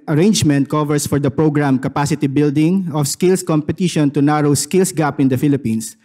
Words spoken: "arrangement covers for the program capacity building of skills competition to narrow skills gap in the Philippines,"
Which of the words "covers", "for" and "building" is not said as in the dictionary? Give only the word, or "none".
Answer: covers